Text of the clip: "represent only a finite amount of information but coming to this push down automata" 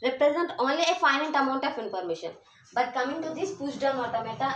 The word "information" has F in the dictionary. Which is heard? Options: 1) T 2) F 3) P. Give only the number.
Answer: 3